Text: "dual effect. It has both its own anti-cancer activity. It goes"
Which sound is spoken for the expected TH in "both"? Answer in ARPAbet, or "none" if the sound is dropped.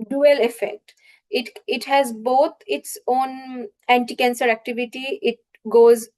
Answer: T